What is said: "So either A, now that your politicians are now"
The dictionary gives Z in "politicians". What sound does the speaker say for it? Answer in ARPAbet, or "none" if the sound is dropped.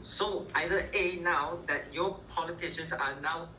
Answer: S